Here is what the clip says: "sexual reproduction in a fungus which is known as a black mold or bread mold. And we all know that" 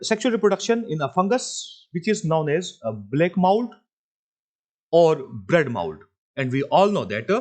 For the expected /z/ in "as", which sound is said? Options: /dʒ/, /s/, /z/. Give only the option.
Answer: /z/